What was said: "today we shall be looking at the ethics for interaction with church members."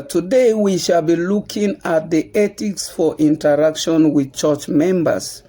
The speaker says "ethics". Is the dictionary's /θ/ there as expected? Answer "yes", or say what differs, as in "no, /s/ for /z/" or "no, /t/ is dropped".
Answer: no, /t/ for /θ/